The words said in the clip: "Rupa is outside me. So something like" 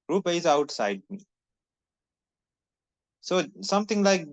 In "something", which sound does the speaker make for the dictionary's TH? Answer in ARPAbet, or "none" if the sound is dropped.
T